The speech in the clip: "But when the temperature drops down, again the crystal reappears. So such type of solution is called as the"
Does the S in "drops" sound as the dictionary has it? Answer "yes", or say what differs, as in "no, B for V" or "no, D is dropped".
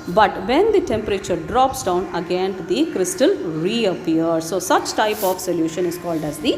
yes